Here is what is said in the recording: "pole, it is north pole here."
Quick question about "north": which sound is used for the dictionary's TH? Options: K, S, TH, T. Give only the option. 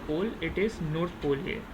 T